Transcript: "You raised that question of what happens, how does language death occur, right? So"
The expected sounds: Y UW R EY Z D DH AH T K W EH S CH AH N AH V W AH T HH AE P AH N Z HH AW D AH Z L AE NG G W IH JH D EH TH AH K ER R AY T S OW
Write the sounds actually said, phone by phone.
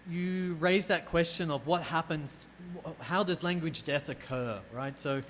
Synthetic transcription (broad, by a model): Y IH R EY Z DH AH T K W EH S CH AH N AH V W AH T HH AE P AH N Z HH AW D AH Z L AE NG G W IH JH D EH TH AH K ER R AY T S OW